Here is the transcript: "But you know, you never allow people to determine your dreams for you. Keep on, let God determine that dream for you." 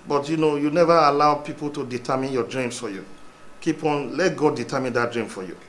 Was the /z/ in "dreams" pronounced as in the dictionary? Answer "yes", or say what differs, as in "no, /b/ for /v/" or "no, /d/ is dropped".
no, /s/ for /z/